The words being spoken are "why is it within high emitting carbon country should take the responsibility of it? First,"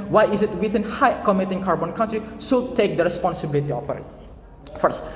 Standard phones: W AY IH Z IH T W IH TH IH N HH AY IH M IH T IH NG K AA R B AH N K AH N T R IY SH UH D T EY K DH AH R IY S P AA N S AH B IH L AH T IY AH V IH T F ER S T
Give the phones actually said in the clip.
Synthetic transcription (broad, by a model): W AY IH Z IH T W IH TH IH N HH AY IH M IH T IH NG K AA R B AH N K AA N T R IY S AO T EY K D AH R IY S P AA N S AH B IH L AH T IY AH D IH T F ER S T